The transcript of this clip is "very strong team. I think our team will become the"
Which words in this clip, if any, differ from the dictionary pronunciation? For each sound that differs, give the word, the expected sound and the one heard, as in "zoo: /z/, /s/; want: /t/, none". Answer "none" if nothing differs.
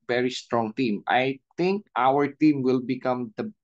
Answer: think: /θ/, /t/